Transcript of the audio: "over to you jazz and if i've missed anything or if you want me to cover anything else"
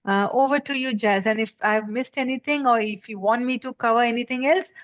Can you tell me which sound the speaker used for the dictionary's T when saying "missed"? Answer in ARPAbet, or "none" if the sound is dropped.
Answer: T